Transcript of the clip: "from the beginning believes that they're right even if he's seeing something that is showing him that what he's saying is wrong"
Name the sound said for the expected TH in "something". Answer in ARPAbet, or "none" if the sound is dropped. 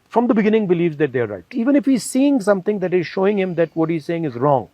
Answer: T